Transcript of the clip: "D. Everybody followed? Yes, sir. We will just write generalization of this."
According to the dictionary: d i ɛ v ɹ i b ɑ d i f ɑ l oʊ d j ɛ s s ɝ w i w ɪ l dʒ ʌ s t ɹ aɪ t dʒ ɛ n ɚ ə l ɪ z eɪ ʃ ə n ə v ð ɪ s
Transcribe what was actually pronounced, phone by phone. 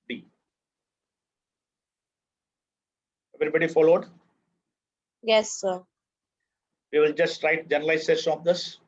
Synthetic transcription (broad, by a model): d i ɛ v ɹ i b ɑ d i f ɑ l oʊ d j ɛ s s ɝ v i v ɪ l dʒ ʌ s t ɹ aɪ t dʒ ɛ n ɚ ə l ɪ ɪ s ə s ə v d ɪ s